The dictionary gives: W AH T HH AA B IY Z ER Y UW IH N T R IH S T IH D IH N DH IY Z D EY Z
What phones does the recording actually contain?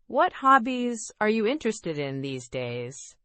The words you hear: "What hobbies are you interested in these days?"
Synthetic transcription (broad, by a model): W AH T HH AA B IY Z ER Y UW IH N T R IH S T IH D IH N DH IY Z D EY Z